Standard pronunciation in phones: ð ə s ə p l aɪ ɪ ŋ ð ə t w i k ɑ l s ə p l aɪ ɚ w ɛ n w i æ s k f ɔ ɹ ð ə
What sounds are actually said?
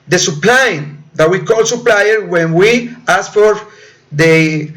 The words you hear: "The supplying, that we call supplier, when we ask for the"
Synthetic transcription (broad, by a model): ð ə s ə p l aɪ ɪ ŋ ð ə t w i k ɑ l s ə p l aɪ ɚ w ɛ n w i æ s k f ɔ ɹ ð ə